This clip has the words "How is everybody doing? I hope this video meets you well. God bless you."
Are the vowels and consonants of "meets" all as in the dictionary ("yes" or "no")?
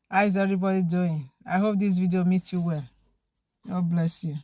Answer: no